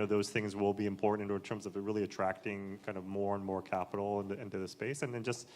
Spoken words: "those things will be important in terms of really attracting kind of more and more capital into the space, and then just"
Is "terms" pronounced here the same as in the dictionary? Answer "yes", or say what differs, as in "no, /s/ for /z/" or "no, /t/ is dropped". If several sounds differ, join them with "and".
yes